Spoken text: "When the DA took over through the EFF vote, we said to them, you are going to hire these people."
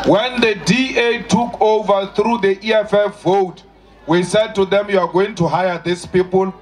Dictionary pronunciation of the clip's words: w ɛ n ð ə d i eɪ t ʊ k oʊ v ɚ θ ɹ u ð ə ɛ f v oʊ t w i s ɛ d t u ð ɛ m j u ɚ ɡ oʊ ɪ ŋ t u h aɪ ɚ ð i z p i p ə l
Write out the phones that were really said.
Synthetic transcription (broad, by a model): w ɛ n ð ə d i eɪ t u k oʊ v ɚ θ ɹ u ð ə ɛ f f oʊ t w i s ɛ d t u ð ɛ m j u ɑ ɡ oʊ ɪ ŋ t u h aɪ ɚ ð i s p i p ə l